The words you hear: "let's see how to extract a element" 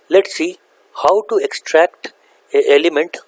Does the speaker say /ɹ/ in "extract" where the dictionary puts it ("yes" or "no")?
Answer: yes